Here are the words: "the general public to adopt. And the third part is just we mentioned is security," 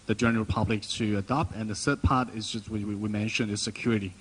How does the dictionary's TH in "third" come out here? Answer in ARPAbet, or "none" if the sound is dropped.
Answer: S